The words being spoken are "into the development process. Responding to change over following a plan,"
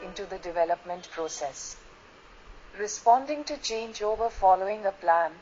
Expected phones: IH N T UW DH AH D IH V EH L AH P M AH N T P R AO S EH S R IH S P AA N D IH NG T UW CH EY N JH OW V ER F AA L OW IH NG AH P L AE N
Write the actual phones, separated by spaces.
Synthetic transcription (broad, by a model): IH N T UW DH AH D IH V EH L AH P M AH N T P R AO S EH S R IH S P AA N D IH NG T UW CH EY N JH OW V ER F AA L OW IH NG AH P L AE N